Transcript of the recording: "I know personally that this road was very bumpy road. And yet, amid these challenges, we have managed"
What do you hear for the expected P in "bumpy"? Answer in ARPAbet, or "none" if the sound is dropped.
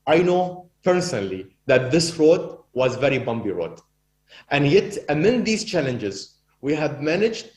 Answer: B